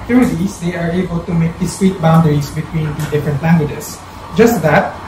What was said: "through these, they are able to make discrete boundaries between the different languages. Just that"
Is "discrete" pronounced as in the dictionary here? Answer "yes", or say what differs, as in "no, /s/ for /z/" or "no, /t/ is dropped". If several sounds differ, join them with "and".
no, /w/ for /ɹ/